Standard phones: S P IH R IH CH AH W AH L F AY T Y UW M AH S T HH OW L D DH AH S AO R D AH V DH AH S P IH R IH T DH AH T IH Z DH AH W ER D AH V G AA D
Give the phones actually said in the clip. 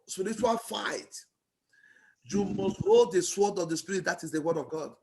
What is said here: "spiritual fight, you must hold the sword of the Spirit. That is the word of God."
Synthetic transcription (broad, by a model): S P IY R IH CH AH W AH L F AY T Y UW M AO S T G OW D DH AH S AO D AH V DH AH S P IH R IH T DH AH T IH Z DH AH W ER D AH V G AA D